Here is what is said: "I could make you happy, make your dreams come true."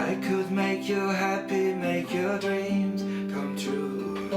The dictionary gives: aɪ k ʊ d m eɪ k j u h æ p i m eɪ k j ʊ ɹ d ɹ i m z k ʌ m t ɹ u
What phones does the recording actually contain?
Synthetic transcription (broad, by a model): aɪ k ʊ d m eɪ k j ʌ h æ p i m eɪ k j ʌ ɹ d ɹ i m z k ʌ m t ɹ u